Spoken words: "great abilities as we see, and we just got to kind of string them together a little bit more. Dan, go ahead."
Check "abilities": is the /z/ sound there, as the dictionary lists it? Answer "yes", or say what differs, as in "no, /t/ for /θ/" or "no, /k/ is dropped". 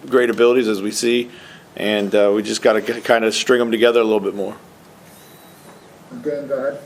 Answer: yes